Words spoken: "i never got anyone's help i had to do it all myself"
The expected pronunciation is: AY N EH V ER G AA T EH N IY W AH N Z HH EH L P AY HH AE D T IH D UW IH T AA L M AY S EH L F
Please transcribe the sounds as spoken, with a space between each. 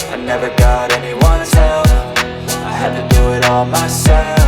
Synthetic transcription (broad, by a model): AY N EH V ER G AA T EH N IY W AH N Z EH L F AY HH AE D T IH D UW IH T AA L M AY S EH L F